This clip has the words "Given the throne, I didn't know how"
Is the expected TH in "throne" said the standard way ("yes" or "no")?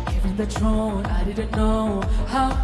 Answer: no